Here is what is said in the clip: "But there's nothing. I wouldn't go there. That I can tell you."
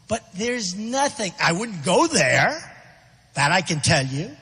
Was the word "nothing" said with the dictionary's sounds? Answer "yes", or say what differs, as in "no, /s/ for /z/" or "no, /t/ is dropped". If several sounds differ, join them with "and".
yes